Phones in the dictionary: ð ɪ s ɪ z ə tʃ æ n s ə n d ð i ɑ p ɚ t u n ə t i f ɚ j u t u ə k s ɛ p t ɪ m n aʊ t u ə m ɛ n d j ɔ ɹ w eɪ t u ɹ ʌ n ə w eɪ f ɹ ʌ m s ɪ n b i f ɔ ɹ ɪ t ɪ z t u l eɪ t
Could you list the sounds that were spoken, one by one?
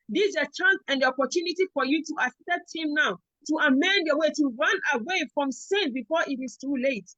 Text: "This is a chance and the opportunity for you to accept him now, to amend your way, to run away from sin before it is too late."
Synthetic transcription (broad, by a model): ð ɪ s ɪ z ə tʃ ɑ n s ə n d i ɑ p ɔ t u n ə t i f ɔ j u t u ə s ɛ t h ɪ m n aʊ t u ə m ɛ n d j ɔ w eɪ t u ɹ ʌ n ə w eɪ f ɹ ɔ m s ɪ n b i f ɔ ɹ ɪ t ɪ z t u l eɪ t